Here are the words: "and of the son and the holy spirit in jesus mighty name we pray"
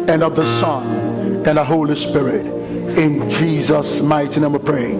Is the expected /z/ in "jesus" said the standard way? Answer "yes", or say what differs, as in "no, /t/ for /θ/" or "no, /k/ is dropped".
yes